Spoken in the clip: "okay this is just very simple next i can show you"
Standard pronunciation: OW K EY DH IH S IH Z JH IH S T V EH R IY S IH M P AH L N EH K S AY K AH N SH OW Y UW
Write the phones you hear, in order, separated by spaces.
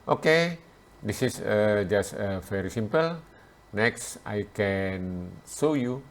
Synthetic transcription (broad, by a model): OW K EY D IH S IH S JH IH S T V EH R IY S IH M P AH L N EH K S AY K AH N S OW Y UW